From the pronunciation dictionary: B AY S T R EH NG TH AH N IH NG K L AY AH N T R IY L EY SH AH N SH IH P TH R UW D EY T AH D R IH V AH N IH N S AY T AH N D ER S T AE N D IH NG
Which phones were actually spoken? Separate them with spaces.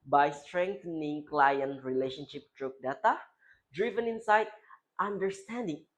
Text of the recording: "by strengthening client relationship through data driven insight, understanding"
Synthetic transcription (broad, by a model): B AY S T R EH NG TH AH N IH NG K L AY AH N T R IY L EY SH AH N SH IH P T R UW D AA T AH D R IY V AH N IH N S AY T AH N D ER S T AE N D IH NG